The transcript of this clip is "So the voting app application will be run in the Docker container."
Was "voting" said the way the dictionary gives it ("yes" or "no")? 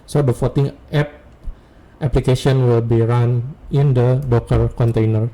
no